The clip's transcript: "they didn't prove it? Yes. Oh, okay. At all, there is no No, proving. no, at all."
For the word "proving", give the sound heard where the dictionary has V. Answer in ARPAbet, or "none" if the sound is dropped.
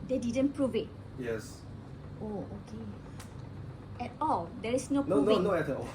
none